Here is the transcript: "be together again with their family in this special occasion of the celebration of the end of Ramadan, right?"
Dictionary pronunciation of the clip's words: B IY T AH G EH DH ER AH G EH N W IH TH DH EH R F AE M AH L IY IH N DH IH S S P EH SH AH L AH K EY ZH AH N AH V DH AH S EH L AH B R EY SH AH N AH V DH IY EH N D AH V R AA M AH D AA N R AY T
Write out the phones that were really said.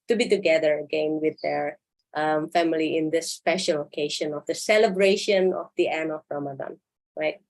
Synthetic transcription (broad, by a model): B IY T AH G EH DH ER AH G EH N W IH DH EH R F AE M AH L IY IH N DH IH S S P EH SH AH L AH K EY SH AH N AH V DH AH S EH L AH B R EY SH AH N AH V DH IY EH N AH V R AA M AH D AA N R AY T